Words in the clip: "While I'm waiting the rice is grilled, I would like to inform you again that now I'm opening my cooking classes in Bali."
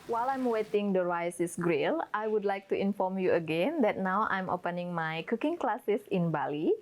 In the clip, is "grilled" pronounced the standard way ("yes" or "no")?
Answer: no